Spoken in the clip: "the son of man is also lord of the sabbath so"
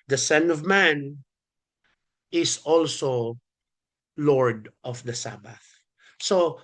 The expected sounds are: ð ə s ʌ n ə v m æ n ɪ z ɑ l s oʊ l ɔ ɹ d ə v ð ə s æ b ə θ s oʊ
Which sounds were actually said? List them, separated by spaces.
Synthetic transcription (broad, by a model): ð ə s ʌ n ə v m æ n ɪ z ɑ l s oʊ l ɔ ɹ d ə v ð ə s æ b ə θ s oʊ